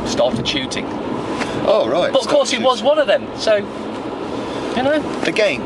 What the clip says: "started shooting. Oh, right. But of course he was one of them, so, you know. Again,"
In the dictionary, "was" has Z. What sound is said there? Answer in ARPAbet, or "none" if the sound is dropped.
Z